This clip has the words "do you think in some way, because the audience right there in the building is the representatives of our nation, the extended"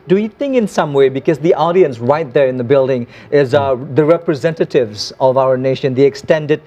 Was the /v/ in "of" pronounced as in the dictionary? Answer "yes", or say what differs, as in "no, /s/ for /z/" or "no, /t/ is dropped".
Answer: yes